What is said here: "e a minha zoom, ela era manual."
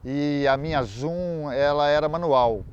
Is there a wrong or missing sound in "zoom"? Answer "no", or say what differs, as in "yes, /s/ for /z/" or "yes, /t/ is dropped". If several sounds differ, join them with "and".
yes, /m/ is dropped